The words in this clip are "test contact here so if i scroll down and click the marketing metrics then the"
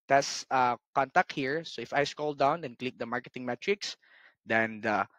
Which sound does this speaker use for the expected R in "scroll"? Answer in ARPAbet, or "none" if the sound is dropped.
none